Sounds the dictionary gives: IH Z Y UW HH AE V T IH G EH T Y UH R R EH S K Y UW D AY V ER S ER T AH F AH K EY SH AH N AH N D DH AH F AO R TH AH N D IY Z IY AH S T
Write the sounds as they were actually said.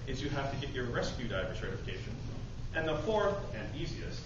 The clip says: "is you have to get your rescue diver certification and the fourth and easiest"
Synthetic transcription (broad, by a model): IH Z Y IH HH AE F T IH G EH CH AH R R EH S K Y UW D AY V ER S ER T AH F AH K EY SH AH N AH N DH AH F AO R TH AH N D IY Z IY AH S T